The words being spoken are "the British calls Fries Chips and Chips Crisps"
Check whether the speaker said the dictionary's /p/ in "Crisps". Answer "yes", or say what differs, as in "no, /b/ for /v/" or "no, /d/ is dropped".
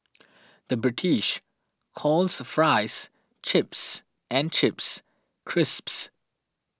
yes